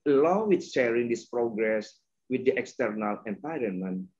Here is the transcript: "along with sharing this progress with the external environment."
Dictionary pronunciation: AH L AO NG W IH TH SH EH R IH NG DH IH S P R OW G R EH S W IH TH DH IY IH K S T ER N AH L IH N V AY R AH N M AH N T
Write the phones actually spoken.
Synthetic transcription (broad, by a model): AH L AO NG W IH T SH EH R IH NG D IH S P R OW G R EH S W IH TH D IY IH K S T ER N AH L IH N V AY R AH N M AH N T